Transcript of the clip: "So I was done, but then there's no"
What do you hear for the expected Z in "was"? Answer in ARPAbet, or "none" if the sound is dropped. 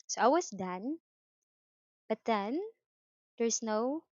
S